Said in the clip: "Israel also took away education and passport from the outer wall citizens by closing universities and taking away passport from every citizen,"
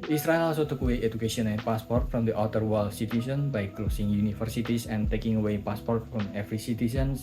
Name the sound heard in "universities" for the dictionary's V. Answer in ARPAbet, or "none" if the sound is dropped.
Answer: F